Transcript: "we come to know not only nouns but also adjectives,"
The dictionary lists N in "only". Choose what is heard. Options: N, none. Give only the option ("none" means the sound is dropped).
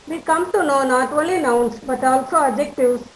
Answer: none